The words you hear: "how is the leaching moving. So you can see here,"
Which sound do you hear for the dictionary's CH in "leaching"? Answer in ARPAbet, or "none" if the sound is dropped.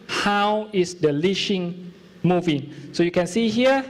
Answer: SH